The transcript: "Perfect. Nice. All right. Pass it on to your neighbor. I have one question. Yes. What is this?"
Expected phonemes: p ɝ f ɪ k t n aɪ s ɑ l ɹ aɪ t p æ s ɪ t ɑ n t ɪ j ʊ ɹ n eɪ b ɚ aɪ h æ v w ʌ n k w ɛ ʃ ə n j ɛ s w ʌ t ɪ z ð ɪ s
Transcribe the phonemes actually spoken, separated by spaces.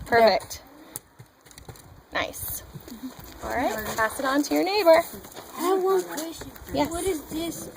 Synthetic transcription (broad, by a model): p ɝ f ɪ k t n aɪ s ɑ l ɹ aɪ t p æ s ɪ t n t ɪ j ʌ ɹ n eɪ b ɚ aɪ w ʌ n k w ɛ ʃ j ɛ w ʌ t ɪ z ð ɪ s